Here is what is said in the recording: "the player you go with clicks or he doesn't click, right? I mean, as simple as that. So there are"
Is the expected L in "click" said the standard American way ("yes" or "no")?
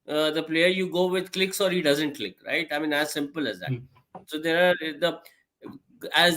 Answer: yes